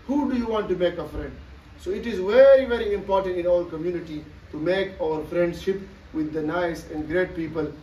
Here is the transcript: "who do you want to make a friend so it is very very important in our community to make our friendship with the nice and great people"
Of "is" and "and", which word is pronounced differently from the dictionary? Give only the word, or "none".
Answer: none